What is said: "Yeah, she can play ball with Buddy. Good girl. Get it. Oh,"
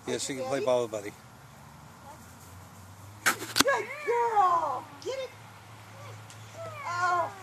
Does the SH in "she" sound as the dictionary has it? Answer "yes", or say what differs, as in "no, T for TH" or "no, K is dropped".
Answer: no, S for SH